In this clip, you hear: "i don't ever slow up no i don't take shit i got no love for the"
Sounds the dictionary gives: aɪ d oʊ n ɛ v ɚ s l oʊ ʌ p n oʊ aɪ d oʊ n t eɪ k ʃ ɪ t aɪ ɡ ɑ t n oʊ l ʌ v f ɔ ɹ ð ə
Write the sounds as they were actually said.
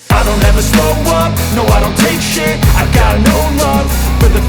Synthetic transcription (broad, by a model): aɪ d oʊ n ɛ v ɚ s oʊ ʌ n n oʊ aɪ d oʊ n t eɪ k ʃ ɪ aɪ ɡ ɑ t n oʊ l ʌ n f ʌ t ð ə